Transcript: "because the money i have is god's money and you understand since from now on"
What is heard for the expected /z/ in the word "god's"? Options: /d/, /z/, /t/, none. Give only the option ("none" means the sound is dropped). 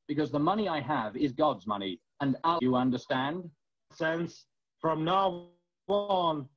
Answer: /z/